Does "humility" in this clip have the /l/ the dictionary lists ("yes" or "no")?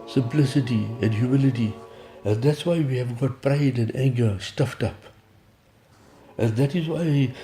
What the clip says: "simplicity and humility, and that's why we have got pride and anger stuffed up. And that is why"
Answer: yes